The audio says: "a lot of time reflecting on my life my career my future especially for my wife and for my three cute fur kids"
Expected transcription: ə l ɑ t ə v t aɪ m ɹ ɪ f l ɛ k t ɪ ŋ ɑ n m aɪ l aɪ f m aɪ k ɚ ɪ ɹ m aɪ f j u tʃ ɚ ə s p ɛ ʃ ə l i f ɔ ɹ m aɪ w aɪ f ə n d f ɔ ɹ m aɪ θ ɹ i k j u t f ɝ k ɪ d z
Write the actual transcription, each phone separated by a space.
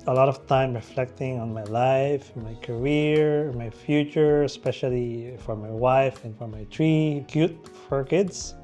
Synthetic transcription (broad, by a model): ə l ɑ t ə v t aɪ m ɹ ɪ f l ɛ k t ɪ ŋ ɑ n m aɪ l aɪ f m aɪ k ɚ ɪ ɹ m aɪ f j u tʃ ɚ ə s p ɛ ʃ ə l i f ɔ ɹ m aɪ w aɪ f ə n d f ɔ ɹ m aɪ t ɹ i k j u t f ɝ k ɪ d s